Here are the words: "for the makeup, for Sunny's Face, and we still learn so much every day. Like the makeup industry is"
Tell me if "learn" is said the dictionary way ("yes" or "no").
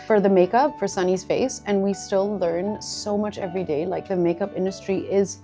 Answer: yes